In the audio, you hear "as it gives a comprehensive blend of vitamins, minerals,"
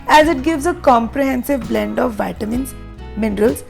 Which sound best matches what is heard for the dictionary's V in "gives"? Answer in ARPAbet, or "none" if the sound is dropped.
V